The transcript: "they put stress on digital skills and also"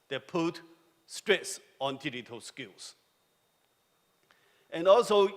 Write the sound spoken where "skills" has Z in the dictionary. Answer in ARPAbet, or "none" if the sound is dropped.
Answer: S